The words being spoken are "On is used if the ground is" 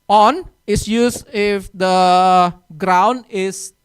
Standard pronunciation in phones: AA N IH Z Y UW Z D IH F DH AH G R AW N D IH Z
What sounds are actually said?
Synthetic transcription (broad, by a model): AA N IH S Y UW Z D IH F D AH G R AW N D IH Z